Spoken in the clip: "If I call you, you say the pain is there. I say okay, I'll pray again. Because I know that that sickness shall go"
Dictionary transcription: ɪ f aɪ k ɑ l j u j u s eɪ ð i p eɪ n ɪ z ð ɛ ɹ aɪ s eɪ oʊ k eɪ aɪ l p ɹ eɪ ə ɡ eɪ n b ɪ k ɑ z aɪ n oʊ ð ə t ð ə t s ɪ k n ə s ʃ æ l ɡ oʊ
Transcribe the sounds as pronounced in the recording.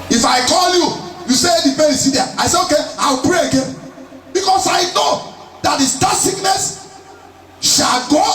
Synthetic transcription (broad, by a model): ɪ f aɪ k ɑ l j u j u s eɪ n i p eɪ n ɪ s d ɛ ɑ aɪ s eɪ oʊ k eɪ aɪ w p ɹ eɪ ə ɡ eɪ n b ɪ k ɑ s aɪ n oʊ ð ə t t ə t s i k n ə s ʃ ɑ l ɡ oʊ